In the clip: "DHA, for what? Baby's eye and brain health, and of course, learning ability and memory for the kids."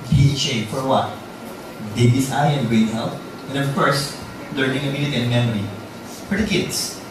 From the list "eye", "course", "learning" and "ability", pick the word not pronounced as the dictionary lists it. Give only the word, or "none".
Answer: ability